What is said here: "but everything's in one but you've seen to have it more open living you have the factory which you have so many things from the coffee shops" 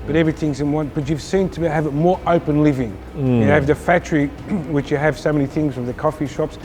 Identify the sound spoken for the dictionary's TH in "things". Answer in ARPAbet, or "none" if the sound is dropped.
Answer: TH